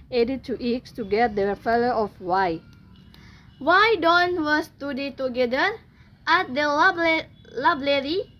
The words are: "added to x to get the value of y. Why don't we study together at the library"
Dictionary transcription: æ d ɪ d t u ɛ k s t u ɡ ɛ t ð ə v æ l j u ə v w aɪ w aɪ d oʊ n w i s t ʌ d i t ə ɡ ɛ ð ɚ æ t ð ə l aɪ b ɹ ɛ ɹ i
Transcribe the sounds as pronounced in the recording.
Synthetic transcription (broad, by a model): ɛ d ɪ t u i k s t u ɡ ɛ t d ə f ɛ l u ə f w aɪ w aɪ d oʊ n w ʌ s t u d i t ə ɡ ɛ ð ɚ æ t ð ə l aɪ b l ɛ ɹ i